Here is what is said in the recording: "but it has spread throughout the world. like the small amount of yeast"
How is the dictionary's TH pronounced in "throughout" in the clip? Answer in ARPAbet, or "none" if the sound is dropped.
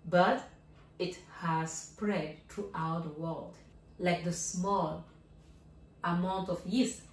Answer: T